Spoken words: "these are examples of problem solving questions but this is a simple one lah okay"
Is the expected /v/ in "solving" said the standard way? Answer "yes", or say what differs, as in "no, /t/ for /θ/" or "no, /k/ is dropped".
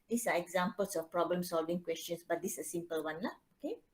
yes